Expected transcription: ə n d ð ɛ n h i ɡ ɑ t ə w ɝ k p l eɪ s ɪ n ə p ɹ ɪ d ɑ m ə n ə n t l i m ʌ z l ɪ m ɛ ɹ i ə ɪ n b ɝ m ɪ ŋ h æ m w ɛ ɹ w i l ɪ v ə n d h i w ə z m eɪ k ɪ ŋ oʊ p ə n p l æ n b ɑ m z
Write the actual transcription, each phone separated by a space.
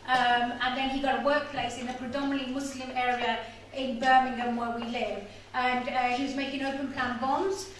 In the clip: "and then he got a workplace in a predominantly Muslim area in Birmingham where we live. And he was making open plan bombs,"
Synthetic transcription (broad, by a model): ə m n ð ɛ n h i ɡ ɑ t w ɝ k p l eɪ s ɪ n ə p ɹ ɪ d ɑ m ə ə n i m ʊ s l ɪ m ɛ ɹ i ə ɪ n b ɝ m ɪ ŋ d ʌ m w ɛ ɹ w i l ɪ v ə n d h i w ə z m eɪ k ɪ ŋ oʊ p ə n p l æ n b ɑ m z